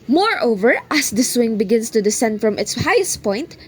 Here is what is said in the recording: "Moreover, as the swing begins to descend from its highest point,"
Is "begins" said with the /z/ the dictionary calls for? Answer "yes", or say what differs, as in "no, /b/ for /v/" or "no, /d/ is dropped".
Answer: no, /s/ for /z/